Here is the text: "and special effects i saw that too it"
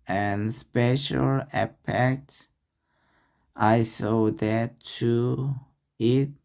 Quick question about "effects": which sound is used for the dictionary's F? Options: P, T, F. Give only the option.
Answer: P